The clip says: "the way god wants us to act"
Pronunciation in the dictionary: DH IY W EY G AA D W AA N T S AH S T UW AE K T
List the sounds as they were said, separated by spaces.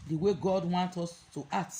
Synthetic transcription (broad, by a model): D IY W EY G AA D W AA N T AO S T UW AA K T